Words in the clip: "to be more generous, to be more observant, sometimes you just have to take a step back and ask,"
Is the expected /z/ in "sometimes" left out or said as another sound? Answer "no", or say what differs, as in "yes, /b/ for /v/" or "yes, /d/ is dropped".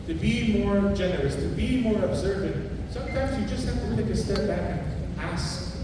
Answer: no